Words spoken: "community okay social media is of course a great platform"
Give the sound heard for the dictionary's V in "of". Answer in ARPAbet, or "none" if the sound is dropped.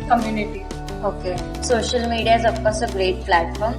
P